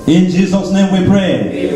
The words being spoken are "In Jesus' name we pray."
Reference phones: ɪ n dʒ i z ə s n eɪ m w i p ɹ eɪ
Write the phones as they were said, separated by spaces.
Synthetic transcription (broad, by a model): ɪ n dʒ i z ə s n eɪ m w i p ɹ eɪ